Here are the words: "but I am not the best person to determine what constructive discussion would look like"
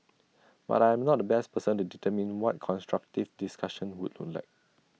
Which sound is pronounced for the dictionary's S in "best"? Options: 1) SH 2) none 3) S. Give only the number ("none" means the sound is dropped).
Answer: 3